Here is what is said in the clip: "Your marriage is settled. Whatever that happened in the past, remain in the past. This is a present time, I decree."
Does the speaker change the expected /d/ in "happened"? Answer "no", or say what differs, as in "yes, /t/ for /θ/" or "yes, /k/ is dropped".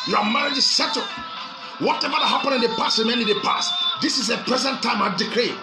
yes, /d/ is dropped